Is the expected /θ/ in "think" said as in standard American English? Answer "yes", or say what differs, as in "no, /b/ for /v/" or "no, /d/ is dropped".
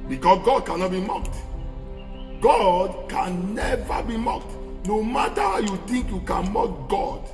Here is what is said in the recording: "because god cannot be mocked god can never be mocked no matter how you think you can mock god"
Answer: no, /t/ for /θ/